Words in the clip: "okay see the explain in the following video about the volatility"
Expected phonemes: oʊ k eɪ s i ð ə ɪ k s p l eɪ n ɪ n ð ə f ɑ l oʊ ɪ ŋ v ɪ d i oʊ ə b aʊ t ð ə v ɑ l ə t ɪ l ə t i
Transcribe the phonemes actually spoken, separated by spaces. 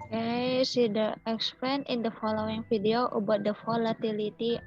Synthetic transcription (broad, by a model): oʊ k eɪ s i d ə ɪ k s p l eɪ n ɪ n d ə f ɑ l oʊ ɪ ŋ f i d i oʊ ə b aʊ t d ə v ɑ l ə t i l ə t i